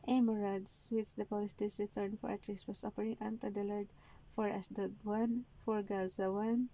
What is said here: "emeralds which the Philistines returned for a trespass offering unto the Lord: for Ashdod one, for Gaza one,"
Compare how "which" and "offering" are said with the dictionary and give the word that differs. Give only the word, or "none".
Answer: offering